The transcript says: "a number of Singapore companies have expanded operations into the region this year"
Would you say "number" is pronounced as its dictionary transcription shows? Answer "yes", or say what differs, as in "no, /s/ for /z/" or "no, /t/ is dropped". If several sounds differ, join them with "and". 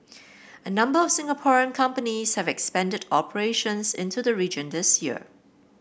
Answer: yes